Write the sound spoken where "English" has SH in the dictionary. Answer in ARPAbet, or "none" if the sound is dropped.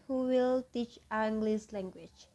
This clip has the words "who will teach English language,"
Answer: S